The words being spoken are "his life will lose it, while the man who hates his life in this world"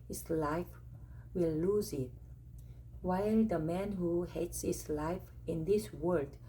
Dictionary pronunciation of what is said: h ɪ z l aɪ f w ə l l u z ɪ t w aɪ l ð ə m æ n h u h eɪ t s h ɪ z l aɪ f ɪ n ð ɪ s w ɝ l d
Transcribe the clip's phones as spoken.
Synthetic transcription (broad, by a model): h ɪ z l aɪ f w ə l l u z ɪ t w aɪ l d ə m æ n h u h eɪ t s h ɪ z l aɪ f ɪ n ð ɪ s w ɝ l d